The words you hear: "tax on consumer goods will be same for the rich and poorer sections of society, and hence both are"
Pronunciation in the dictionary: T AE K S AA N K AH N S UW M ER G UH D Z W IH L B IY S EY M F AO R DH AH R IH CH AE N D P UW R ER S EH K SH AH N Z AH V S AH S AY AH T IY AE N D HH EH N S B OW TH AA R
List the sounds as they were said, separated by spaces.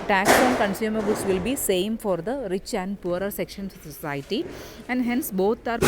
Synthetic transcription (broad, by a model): T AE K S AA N K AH N S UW M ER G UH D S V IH L B IY S EY M F AO R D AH R IH CH AE N D P UW R ER S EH K SH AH N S S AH S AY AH T IY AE N D HH EH N S B OW T AA R